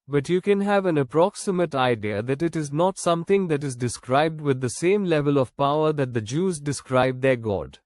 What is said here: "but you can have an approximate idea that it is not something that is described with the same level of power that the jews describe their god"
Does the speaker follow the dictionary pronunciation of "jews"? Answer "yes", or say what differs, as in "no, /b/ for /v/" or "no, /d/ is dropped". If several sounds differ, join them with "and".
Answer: yes